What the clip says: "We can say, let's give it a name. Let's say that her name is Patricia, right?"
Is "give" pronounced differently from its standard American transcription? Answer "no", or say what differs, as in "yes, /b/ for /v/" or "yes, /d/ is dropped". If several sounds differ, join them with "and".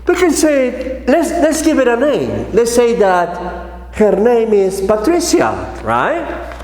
no